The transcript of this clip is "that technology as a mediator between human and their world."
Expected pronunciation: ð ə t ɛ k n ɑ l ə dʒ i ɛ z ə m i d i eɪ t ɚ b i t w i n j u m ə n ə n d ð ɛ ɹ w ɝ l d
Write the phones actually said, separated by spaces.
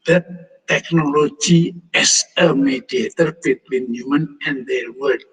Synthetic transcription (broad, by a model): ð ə t ɛ k n ɑ l ə dʒ i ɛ s ə m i d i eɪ t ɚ b i t w i n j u m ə n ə n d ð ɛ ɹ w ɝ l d